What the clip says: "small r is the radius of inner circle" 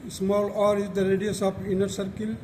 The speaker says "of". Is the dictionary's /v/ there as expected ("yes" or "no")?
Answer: no